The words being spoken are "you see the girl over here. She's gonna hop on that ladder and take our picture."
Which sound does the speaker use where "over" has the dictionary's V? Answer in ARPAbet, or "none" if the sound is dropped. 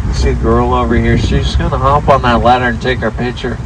V